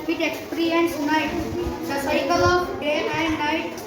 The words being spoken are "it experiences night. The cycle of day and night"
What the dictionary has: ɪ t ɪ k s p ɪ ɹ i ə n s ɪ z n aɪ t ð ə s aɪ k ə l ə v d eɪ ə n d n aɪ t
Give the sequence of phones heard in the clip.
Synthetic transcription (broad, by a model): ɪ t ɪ k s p ɹ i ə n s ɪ n aɪ t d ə s aɪ k ə l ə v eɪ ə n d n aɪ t